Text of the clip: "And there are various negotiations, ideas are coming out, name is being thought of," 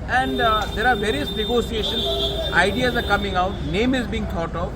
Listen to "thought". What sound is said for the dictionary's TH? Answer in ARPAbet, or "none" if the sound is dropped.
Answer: T